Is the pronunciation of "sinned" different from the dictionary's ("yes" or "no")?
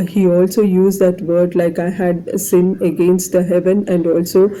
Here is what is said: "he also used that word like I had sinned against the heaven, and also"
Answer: yes